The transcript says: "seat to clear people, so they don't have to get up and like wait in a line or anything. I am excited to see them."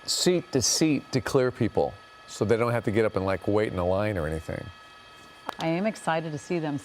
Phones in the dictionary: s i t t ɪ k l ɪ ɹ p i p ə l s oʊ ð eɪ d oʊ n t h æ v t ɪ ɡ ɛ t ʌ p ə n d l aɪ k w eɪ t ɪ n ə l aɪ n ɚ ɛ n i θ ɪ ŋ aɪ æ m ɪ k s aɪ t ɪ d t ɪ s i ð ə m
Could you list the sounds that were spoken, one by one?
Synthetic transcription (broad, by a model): s i t t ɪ k l ɪ ɹ p i p l s oʊ ð eɪ d oʊ n t h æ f t ɪ ɡ ɛ t ʌ p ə n l aɪ k w eɪ t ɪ n ə l aɪ n ɚ ɛ n i θ ɪ ŋ aɪ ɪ m ɪ k s aɪ t ɪ d t ɪ s i ð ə m